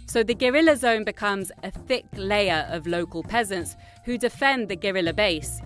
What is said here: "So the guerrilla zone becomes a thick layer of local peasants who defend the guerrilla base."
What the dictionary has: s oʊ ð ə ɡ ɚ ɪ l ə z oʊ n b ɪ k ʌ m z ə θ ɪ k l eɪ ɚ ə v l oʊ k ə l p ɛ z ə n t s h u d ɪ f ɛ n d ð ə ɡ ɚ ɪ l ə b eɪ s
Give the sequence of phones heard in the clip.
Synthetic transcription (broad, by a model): s oʊ ð ə ɡ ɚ ɪ l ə z oʊ n b ɪ k ʌ m z ə θ ɪ k l eɪ ɚ ə v l oʊ k ə l p ɛ z ə n t s h u d ɪ f ɛ n ð ə ɡ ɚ ɪ l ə b eɪ s